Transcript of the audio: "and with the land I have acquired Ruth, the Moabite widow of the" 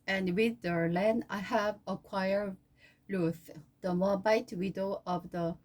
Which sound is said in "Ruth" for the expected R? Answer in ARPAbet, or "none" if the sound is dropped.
L